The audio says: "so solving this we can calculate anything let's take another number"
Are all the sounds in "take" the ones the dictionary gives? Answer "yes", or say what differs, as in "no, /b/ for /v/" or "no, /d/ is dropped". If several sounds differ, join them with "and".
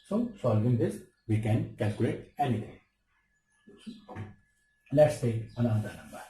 no, /k/ is dropped